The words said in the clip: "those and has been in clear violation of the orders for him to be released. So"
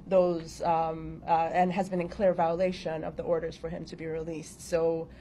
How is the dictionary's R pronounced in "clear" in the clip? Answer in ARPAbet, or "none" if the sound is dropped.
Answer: R